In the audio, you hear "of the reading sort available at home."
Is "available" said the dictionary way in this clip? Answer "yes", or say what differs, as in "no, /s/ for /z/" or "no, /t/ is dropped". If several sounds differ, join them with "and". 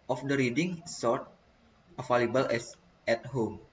no, /f/ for /v/